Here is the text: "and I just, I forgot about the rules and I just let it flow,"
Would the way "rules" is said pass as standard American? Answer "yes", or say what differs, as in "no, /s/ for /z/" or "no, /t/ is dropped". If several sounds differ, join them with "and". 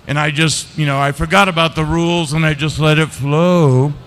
yes